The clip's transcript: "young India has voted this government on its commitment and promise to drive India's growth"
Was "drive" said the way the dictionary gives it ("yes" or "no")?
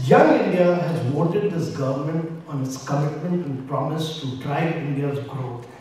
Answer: no